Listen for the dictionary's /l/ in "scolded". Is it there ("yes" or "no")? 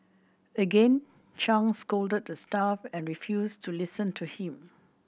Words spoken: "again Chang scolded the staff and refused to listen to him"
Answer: yes